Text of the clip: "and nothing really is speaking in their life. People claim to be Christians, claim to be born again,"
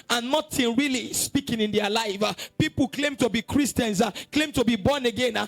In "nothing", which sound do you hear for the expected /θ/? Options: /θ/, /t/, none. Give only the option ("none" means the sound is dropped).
/t/